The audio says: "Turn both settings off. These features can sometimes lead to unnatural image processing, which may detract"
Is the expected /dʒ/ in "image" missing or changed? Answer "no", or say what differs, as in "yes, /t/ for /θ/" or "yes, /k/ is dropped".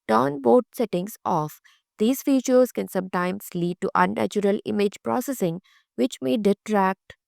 no